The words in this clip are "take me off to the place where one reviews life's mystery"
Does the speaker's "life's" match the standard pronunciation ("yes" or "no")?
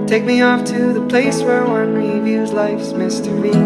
yes